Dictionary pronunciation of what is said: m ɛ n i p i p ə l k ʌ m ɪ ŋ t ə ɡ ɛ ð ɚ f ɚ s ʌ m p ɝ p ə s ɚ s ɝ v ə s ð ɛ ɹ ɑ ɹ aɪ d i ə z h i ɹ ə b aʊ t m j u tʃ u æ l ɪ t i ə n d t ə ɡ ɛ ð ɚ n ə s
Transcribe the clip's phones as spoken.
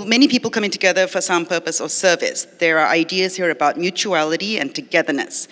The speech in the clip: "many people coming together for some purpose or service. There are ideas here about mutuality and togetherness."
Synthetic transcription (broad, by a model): m ɛ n i p i p l k ʌ m ɪ ŋ t ə ɡ ɛ ð ɚ f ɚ s ʌ m p ɝ p ə s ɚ s ɝ v ə s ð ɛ ɹ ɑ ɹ aɪ d i ə z h i ɹ ə b aʊ t m j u tʃ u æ l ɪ t i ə n t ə ɡ ɛ ð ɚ n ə s